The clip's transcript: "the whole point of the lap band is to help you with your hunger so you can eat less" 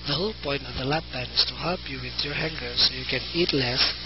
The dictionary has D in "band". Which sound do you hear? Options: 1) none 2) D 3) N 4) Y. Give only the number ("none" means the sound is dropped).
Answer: 1